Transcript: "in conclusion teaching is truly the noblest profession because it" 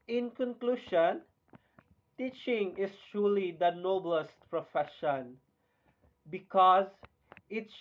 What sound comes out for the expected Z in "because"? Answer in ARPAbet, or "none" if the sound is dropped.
Z